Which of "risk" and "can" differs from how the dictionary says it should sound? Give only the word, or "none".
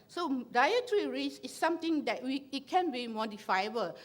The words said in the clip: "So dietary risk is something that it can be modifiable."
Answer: risk